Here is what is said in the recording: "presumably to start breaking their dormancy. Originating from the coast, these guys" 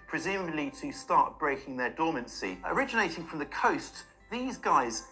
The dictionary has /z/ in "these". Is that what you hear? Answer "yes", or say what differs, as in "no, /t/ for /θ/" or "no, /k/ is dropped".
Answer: yes